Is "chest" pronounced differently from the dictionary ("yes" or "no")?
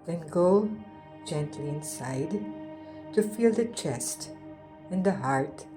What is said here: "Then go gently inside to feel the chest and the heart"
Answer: no